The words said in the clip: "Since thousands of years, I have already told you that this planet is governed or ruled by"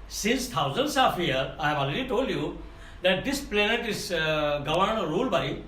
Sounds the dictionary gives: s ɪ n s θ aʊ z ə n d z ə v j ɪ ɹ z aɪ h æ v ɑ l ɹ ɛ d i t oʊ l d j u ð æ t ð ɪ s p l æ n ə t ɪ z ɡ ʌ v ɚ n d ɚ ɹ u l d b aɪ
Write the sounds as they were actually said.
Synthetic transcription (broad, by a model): s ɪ n s t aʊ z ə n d s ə f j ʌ ɹ aɪ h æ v ɑ l ɹ ɛ d i t oʊ l d j u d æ t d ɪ s p l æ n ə t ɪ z ɡ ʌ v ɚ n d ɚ ɹ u l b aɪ